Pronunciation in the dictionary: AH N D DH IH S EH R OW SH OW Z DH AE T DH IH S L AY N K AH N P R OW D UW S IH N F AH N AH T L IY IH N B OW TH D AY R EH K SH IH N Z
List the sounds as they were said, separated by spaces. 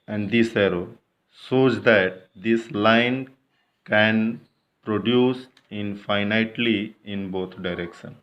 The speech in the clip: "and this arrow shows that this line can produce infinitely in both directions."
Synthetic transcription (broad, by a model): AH N D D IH S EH R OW S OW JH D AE T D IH S L AY N K AH N P R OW D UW S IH N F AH N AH T L IY IH N B OW T D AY R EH K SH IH N